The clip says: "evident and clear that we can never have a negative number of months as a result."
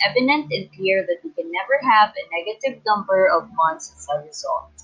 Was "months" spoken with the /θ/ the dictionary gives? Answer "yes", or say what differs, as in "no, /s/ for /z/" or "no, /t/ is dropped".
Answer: no, /t/ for /θ/